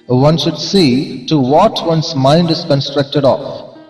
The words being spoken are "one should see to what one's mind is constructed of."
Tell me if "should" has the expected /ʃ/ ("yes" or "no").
yes